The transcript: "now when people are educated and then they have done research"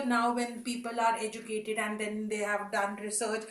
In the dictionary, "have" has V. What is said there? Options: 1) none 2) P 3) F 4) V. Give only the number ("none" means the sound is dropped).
4